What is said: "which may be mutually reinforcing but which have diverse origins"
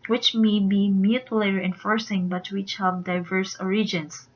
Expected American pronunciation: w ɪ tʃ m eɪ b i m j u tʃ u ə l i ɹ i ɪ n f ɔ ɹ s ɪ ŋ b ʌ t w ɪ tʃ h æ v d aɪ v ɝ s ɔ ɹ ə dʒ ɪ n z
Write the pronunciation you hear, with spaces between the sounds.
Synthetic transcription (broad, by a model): w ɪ tʃ m eɪ b i m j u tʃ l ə i ɹ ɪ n f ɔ ɹ s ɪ ŋ b ʌ t w ɪ tʃ h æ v d aɪ v ɝ s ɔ ɹ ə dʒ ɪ n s